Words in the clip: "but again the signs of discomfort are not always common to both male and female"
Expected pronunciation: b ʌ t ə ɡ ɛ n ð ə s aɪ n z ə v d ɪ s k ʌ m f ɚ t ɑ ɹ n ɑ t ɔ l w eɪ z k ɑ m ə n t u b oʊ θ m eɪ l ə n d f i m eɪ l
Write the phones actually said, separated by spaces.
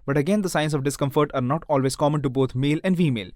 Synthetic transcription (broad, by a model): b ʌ t ə ɡ ɛ n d ə s aɪ n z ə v d ɪ s k ʌ m f ɚ t ɑ ɹ n ɑ t ɔ l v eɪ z k ɑ m ə n t u b oʊ t m eɪ l ə n d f i m eɪ l